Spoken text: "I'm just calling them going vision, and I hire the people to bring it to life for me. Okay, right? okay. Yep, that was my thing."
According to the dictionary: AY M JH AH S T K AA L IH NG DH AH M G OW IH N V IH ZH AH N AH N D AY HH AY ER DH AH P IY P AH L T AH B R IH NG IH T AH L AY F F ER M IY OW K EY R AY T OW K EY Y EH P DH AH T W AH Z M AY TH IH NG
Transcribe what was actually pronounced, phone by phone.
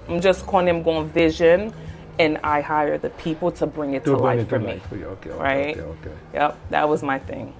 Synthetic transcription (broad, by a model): AY M JH AH S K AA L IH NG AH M G OW IH N V IH ZH AH N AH N AY HH AY ER DH AH P IY P L T AH B R IH NG IH T AH L AY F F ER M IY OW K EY R AY T OW K EY Y EH P DH AH T W AH Z M AY TH IH NG